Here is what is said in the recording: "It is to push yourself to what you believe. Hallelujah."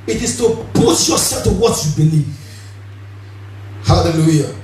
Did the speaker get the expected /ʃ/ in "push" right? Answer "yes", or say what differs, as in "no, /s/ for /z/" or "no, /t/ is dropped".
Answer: no, /s/ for /ʃ/